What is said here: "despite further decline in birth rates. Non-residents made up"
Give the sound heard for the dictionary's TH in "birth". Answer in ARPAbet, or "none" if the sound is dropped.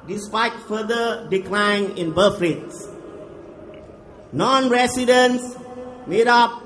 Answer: F